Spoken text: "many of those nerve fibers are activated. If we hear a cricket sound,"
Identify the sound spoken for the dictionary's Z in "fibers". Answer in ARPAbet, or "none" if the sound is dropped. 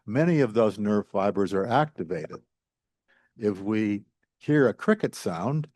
Z